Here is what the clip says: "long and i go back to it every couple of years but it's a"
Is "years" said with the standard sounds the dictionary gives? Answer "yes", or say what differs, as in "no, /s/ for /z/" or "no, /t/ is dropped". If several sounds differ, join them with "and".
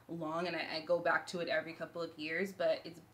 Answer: yes